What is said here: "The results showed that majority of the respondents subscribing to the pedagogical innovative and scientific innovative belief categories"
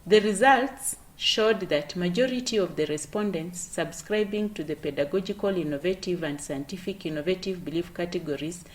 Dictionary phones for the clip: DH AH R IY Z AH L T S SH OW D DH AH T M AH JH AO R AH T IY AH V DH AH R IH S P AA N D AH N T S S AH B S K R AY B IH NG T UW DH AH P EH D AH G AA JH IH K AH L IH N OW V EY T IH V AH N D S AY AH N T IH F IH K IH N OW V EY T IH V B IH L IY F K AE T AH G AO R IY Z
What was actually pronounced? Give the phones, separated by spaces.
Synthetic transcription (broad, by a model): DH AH R IY Z AH L T S SH OW D DH AH T M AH JH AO R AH T IY AH V DH AH R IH S P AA N D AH N T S S AH B S K R AY B IH NG T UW DH AH P EH D AH G AA JH IH K AH L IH N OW V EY T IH V AH N D S AY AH N T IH F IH K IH N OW V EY T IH V B IH L IY F K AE T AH G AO R IY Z